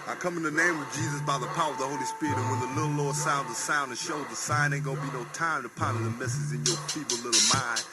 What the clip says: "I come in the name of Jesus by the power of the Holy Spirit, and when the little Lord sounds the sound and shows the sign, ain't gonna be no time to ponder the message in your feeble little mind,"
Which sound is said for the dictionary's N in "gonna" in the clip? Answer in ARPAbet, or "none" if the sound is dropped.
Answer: none